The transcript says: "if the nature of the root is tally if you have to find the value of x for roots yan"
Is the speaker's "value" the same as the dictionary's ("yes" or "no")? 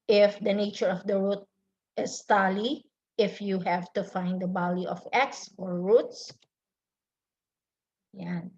no